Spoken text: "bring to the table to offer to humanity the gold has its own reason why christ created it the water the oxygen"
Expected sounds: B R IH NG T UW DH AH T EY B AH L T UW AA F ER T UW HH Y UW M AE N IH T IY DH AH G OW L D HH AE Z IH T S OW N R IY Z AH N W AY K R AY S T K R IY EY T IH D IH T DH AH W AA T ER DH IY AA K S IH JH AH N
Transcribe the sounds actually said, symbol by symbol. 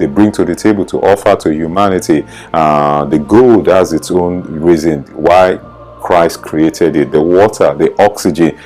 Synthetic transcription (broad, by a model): B R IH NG T UW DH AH T EY B AH L T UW AA F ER T UW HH Y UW M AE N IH T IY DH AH G OW L D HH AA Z IH T S OW N R IY Z AH N W AY K R AY S T K R IY EY T IH D IH T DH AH W AA T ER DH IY AA K S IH JH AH N